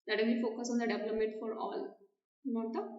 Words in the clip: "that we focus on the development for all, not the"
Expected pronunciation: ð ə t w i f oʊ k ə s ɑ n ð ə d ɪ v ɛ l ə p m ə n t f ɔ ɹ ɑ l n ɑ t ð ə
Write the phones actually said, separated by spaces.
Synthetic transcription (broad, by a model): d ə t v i f oʊ k ə s ɑ n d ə d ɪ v l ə m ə t f ɔ ɹ ɑ l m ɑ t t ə